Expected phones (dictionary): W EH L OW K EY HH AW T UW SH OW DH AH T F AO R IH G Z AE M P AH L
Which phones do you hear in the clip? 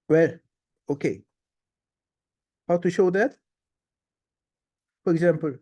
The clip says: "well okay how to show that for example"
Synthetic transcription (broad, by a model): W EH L OW K EY HH AW T UW SH OW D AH T F AO R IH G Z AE M P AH L